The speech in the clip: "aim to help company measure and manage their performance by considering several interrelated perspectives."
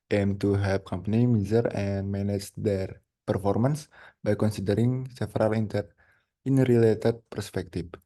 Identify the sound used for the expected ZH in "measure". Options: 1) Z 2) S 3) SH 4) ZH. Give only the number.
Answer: 1